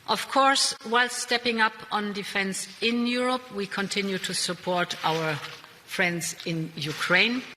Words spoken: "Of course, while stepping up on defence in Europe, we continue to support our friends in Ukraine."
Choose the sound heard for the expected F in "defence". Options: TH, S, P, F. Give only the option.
F